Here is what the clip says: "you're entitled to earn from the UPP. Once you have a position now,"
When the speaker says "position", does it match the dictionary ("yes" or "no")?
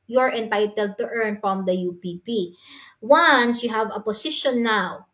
no